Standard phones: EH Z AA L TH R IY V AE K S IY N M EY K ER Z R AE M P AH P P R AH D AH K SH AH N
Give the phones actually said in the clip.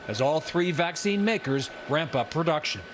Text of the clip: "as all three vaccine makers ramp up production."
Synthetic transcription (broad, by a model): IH Z AA L TH R IY V AE K S IY N M EY K ER Z R AE M P AH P P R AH D AH K SH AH N